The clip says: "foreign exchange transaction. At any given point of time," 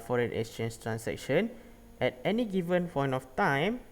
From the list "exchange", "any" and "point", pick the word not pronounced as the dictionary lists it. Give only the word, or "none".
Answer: exchange